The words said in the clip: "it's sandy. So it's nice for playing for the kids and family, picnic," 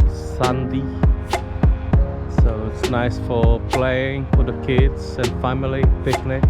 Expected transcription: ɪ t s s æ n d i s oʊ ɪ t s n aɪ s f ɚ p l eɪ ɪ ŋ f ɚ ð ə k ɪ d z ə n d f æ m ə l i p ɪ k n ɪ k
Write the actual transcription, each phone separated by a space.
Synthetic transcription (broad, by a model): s s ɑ n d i s oʊ ɪ t s n aɪ s f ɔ p l eɪ ɪ ŋ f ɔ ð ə k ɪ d s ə n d f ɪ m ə l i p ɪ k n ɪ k